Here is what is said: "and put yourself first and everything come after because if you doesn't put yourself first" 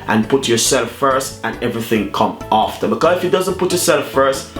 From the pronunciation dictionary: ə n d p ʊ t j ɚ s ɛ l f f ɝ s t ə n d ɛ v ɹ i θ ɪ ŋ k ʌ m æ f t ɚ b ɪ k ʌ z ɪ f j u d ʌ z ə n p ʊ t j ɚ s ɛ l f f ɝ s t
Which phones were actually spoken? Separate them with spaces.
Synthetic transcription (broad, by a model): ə n p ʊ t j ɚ s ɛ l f f ɝ s t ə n ɛ v ɹ i θ ɪ ŋ k ʌ m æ f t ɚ b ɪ k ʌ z ɪ f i d ʌ z ə n p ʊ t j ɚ s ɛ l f f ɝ s t